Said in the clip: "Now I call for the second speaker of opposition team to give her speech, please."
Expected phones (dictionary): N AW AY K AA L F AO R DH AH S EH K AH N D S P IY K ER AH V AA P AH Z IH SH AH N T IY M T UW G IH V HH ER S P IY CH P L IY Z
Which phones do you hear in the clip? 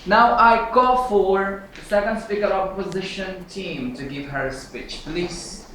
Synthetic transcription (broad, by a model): N AW AY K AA F AO R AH S EH K AH N D S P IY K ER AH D AA P AH Z IH SH AH N T IY M T UW G IH V HH ER S P IY CH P L IY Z